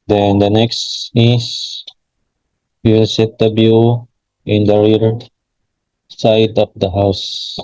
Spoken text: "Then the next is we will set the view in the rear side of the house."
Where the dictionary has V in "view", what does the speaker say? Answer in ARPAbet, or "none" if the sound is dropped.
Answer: B